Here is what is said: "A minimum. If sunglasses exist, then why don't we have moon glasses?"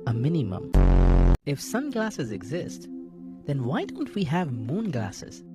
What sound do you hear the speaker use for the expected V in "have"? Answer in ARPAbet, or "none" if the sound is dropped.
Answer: V